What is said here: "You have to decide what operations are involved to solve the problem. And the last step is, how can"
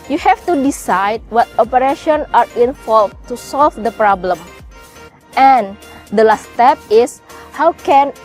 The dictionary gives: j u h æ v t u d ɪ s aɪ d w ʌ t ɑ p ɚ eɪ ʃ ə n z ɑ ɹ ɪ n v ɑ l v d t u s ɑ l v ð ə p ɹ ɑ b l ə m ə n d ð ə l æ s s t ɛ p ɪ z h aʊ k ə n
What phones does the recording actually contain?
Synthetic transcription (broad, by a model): j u h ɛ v t u d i s aɪ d w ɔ t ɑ p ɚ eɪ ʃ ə n ɑ ɹ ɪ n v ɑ l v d t u s ɑ l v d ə p ɹ ɑ b l ə m ə n d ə l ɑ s s t ɛ p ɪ s h aʊ k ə n